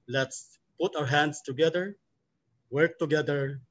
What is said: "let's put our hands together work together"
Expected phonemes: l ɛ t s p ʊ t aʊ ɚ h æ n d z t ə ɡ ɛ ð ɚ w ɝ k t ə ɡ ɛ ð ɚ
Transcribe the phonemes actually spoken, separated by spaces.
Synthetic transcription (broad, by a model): l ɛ t s p ʊ t aʊ ɚ h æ n d s t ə ɡ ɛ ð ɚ w ɝ k t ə ɡ ɛ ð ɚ